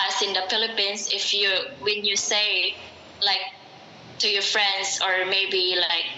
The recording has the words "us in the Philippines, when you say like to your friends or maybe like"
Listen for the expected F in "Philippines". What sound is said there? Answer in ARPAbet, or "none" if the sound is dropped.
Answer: P